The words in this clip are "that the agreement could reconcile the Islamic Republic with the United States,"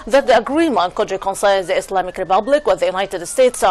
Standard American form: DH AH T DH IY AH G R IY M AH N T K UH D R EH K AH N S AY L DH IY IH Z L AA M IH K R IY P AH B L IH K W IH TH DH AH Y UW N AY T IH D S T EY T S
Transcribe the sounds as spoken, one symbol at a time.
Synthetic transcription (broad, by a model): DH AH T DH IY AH G R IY M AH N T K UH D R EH K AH N S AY N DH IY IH S L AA M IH K R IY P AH B L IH K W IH DH AH Y UW N AY T IH D S T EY T S